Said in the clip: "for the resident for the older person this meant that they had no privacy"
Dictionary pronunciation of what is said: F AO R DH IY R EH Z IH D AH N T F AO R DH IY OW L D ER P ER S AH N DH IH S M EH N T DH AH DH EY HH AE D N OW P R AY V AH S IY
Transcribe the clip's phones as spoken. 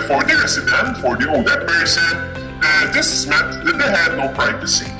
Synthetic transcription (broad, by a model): F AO R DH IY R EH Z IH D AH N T F AO R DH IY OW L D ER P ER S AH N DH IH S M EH T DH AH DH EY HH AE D N OW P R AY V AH S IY